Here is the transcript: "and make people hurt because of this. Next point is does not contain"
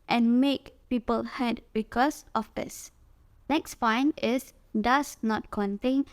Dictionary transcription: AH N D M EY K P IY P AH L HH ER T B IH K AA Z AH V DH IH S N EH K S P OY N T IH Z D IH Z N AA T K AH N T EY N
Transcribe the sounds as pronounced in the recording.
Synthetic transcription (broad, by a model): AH N M EY K P IY P AH L HH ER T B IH K AA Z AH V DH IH S N EH K S F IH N IH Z D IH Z N AA T K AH N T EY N